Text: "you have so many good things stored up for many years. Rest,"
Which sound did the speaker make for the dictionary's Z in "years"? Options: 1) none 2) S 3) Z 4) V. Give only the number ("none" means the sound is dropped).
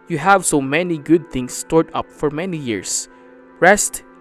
2